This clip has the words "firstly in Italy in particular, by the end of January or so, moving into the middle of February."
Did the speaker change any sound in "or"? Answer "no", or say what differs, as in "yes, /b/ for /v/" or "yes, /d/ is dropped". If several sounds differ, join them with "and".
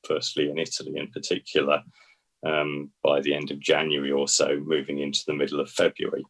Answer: yes, /l/ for /ɹ/